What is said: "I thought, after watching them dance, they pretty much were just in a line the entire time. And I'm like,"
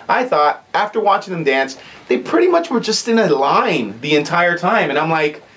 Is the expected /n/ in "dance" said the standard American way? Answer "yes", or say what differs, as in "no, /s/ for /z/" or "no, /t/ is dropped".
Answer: yes